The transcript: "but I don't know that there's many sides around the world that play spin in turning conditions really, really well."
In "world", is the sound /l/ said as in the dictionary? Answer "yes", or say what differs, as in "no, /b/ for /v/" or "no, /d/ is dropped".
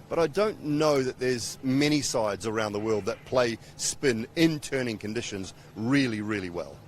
yes